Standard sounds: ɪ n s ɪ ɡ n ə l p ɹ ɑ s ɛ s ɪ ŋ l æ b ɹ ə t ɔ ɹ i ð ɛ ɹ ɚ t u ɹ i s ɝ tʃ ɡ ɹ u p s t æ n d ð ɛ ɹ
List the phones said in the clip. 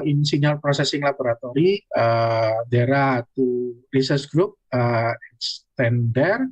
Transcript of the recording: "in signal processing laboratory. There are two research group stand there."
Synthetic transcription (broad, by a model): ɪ n s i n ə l p ɹ ɑ s ɛ s ɪ ŋ l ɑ b ɹ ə t ɔ ɹ i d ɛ ɹ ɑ t u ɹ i s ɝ s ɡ ɹ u p s t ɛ n d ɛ ɹ